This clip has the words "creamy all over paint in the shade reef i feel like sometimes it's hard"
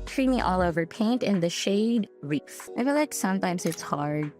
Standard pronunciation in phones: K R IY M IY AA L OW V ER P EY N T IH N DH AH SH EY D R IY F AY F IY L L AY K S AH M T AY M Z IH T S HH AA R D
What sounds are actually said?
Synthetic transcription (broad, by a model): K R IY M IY AA L OW V ER P EY N T IH N DH AH SH EY D R IY F AY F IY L L AY K S AH M T AY M Z IH T S HH AA R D